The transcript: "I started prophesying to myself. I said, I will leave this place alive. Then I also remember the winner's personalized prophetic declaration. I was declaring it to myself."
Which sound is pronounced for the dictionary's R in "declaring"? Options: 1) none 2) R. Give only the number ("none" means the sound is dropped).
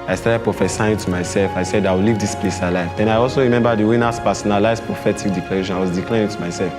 1